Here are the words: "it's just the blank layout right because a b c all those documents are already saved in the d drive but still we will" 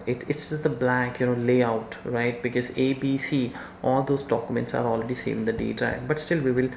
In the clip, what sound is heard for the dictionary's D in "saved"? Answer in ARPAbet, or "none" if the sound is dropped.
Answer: none